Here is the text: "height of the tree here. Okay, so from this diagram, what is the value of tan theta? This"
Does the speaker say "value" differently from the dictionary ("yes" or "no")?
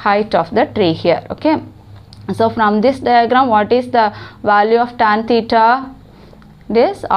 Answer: no